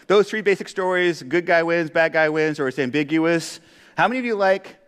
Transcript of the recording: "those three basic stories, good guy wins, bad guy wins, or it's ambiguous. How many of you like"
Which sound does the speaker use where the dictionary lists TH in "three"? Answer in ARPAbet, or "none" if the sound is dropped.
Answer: TH